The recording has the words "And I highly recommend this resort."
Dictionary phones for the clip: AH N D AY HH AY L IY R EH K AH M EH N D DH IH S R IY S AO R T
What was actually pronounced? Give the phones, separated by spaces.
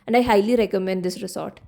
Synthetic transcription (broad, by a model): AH N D AY HH AY L IY R EH K AH M EH N D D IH S R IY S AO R T